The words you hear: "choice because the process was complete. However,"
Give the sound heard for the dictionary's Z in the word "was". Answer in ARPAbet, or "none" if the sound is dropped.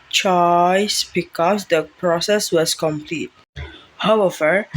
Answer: S